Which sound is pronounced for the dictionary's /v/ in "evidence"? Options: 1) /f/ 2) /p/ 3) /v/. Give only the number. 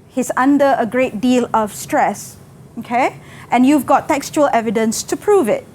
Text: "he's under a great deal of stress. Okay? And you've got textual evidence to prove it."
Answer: 3